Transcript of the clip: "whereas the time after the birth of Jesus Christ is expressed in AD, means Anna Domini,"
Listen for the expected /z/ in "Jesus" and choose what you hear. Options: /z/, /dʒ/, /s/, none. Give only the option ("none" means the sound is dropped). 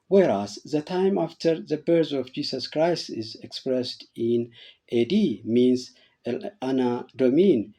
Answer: /s/